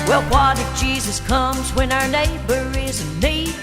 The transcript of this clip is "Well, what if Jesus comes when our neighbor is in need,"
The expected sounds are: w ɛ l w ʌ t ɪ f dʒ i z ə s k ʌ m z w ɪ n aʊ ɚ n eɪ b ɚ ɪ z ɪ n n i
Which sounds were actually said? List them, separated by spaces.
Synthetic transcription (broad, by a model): w ɛ l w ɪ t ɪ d dʒ i z ə s k ʌ m z w ɪ n aʊ ɚ n eɪ b ɚ ɪ z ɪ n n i